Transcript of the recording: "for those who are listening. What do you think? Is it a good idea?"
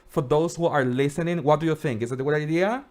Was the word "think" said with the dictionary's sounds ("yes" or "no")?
yes